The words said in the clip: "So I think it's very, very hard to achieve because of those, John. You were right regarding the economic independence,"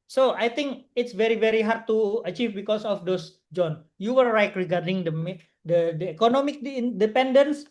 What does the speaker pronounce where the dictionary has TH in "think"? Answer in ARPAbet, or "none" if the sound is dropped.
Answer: T